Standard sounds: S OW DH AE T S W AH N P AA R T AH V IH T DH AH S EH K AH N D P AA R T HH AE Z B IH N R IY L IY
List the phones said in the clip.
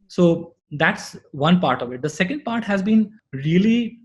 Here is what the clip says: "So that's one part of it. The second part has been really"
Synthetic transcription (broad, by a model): S OW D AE T S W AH N P AA R T AH V IH T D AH S EH K AH N D P AA R T HH AE Z B IH N R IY L IY